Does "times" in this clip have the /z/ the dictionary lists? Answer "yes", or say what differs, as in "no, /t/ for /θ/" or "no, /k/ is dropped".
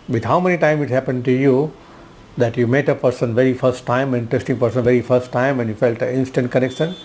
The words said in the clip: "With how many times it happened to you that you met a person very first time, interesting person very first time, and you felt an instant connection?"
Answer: no, /z/ is dropped